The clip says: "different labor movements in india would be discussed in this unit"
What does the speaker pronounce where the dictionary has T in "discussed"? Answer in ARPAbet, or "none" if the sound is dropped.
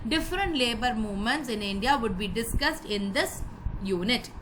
T